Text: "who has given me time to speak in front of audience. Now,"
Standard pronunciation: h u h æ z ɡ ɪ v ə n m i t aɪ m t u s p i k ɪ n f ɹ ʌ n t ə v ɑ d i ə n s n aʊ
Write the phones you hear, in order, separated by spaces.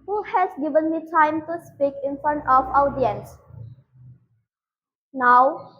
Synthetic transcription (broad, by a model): h u h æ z ɡ ɪ v ə n m i t aɪ m t u s p i k ɪ n f ɹ ʌ n t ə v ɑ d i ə n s n aʊ